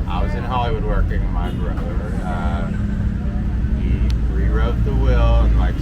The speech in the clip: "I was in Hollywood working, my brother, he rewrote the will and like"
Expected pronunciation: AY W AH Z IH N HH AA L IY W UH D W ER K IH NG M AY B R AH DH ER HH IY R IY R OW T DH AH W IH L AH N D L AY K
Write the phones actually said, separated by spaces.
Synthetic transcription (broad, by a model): AY W AH Z IH N HH AA L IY W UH D W ER K IH NG M AY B R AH ER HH IY R IY R OW T DH AH W IH L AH N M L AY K